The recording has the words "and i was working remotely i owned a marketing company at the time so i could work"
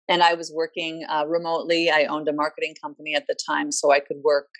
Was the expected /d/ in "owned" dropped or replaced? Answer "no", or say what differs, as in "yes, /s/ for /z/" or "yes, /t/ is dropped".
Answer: no